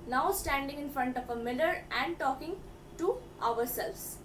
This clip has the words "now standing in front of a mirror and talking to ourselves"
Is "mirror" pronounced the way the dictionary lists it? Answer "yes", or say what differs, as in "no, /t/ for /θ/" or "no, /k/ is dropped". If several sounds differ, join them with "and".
no, /l/ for /ɹ/